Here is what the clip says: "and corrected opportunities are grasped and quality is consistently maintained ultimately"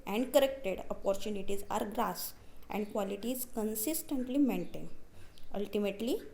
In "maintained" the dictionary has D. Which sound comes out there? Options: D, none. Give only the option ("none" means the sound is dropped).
none